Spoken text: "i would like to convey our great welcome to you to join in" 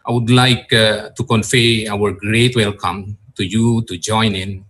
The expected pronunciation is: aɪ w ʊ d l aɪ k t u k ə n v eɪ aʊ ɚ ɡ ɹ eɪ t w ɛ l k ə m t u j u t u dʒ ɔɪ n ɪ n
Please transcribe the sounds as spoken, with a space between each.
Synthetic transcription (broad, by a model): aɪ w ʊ d l aɪ k t u k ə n f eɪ aʊ ɚ ɡ ɹ eɪ t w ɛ l k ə m t u j u t u dʒ ɔɪ n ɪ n